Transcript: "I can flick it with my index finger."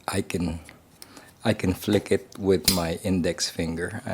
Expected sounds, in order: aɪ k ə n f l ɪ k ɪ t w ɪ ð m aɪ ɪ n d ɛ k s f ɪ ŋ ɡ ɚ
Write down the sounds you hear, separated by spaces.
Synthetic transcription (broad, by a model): aɪ k ə n f l ɪ k ɪ t w ɪ ð m aɪ ɪ n d ɛ k s f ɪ ŋ ɡ ɚ